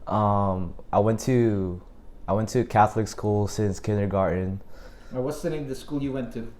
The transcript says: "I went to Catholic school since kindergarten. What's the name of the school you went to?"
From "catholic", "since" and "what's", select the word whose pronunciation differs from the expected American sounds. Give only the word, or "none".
none